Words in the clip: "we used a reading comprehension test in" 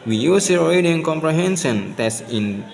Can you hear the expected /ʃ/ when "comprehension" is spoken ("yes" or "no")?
no